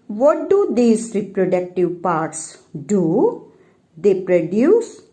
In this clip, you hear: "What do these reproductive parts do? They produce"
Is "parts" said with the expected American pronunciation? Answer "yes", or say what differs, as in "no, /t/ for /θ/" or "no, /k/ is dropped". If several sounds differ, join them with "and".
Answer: yes